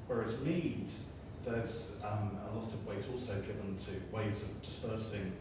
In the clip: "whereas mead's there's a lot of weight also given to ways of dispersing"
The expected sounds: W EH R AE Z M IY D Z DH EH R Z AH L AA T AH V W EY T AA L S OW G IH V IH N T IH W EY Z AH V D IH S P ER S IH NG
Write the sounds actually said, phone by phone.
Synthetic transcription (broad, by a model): W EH R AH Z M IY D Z DH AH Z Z AH L AA T AH V W EY T AA L S OW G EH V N T IH W EY Z AH V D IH S P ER S IH NG